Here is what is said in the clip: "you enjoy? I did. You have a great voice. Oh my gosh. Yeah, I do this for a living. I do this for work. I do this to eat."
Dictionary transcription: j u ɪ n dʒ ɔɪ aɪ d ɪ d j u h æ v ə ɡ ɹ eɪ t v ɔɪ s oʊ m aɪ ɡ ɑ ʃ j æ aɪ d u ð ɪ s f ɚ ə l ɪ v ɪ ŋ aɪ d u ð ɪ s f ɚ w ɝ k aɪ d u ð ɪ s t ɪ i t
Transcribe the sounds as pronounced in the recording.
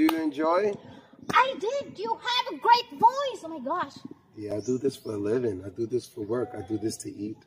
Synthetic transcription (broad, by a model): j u ɪ n dʒ ɔɪ aɪ d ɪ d j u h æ v ə ɡ ɹ eɪ t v ɔɪ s oʊ m aɪ ɡ ɑ ʃ j æ aɪ d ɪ ð ɪ s f ɚ l ɪ v ɪ ŋ aɪ d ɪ ð ɪ s f ɚ w ɝ k aɪ d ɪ ð ɪ s t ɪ i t